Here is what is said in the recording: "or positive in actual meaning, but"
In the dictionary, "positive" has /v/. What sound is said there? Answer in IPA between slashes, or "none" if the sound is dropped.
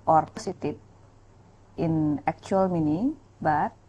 /p/